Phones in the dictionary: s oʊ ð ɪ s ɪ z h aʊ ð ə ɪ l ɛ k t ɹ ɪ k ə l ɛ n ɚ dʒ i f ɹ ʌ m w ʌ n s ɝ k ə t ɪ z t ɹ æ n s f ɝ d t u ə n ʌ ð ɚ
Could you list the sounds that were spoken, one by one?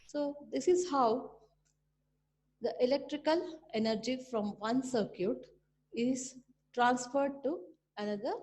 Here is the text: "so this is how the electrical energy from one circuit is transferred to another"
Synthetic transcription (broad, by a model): s oʊ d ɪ s ɪ z h aʊ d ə ɪ l ɛ k t ɹ ɪ k ə l ɛ n ɚ dʒ i f ɹ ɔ m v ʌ n s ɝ k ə t ɪ z t ɹ æ n s f ɝ d t u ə n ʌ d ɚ